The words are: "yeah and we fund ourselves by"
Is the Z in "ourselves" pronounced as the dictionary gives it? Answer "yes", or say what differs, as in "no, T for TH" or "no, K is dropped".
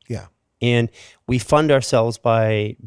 yes